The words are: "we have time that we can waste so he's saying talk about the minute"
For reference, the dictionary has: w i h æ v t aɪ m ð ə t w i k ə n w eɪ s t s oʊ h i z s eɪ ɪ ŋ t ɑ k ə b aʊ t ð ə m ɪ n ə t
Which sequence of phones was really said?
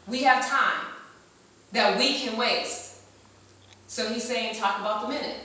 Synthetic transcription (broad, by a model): w i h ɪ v t aɪ m ð ə t w i k ə n w eɪ t s oʊ h i z s eɪ ɪ ŋ t ɑ k ə b aʊ t ð ə m ɪ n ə t